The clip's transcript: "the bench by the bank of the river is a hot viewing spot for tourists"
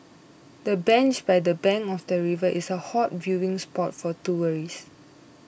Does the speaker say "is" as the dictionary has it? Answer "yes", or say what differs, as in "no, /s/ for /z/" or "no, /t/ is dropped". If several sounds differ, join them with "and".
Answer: no, /s/ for /z/